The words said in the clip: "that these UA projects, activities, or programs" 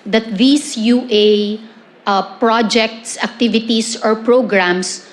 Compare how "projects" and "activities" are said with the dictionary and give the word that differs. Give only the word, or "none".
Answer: activities